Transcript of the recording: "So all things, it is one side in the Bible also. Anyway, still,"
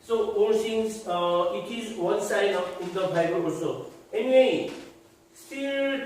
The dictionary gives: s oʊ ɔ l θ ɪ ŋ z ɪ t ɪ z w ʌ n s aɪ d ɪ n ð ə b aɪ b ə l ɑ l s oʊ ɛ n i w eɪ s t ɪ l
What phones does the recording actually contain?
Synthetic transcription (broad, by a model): s oʊ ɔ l s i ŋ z ɪ t ɪ z w ʌ n s aɪ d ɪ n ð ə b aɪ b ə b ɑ s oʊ ɛ n i w eɪ s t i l